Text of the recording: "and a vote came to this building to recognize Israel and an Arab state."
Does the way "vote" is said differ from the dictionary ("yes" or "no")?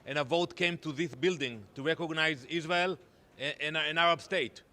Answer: no